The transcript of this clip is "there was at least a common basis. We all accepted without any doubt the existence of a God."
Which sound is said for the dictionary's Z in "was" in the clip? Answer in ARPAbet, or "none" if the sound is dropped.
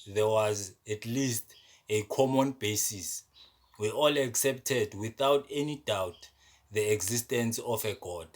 Z